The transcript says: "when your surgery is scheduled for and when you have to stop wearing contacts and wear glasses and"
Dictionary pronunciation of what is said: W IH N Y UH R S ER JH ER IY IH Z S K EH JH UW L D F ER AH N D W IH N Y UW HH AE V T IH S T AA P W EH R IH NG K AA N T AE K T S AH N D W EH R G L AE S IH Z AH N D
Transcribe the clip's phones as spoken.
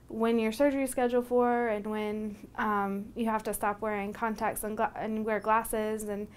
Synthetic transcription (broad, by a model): W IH N Y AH R S ER JH ER IY S K EH JH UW L F ER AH N W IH N Y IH HH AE F T IH S T AA P W EH R IH NG K AA N T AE K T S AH N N W EH R G L AE S IH Z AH N